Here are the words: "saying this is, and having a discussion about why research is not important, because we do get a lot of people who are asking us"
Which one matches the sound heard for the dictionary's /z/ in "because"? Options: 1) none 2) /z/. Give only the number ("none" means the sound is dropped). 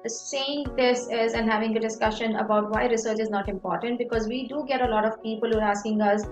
2